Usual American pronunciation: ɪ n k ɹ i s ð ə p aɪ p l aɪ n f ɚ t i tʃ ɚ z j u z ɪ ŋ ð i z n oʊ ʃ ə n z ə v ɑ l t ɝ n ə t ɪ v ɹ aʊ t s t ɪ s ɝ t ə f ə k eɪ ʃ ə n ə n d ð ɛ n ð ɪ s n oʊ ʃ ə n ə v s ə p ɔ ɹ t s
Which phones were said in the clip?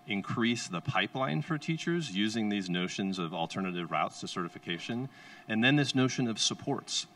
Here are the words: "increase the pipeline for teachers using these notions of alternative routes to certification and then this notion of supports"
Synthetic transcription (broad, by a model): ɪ n k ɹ i s ð ə p aɪ p l aɪ n f ɚ t i tʃ ɚ z j u z ɪ ŋ ð i z n oʊ ʃ ə n z ə v l t ɝ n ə t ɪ v ɹ aʊ t s t ɪ s ɝ t ə f ə k eɪ ʃ ə n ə n ð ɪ n ð ɪ s n oʊ ʃ ə n ə v s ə p ɔ ɹ t s